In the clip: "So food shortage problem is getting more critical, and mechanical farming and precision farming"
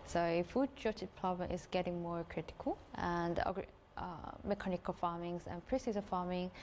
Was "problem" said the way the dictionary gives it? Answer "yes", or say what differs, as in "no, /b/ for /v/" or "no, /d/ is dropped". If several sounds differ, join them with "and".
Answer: no, /l/ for /ɹ/ and /l/ is dropped